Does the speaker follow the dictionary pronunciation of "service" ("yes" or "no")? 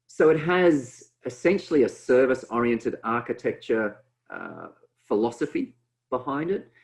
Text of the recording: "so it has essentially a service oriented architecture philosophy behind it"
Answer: yes